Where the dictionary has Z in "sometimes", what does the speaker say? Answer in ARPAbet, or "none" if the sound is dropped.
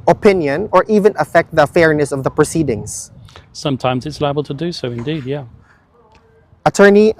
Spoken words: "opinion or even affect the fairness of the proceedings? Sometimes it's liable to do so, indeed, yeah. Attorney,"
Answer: Z